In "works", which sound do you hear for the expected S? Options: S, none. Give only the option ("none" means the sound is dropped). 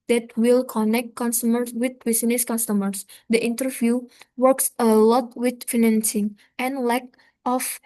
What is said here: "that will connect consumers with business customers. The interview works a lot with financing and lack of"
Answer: S